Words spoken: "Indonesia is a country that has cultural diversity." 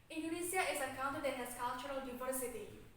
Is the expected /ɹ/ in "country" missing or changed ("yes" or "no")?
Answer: yes